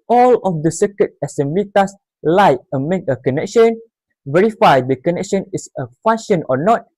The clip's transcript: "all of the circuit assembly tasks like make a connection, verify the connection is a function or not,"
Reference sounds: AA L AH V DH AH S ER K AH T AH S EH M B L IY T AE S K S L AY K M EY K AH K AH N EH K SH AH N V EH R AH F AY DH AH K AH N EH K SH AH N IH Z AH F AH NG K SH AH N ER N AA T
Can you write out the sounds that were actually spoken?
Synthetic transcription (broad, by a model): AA L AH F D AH S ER K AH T AH S EH M B L IY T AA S S L AY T M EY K AH K AH N EH K SH AH N V EH R AH F AY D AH K AH N EH K SH AH N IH S AH F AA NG SH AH N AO N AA T